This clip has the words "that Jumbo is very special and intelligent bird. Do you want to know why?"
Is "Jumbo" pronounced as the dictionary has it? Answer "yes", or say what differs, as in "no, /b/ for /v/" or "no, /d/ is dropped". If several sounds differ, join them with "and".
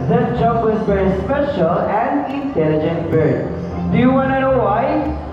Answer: no, /m/ is dropped